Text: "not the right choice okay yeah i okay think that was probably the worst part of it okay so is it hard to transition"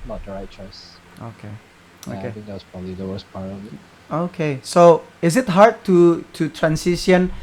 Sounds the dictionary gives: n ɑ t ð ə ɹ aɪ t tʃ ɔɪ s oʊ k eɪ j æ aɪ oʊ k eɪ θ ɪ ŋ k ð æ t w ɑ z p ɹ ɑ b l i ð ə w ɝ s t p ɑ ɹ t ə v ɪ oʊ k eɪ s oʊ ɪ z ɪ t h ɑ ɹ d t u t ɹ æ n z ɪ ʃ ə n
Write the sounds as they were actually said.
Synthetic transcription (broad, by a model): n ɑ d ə ɹ aɪ tʃ ɔɪ s oʊ k eɪ oʊ k eɪ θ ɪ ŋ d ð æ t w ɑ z p ɹ ɑ b l i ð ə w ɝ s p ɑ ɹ ə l ɪ oʊ k eɪ s oʊ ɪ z ɪ t h ɑ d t t u t ɹ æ n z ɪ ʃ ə n